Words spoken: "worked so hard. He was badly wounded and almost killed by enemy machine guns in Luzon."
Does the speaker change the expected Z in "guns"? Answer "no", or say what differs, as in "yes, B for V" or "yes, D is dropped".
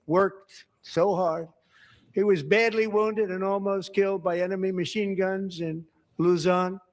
no